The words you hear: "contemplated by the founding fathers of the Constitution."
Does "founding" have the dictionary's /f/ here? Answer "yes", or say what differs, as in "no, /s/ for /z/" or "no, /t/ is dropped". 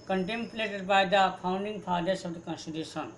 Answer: no, /p/ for /f/